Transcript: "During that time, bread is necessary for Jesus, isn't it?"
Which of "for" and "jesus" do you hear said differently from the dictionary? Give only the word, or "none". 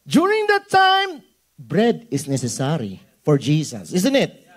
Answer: jesus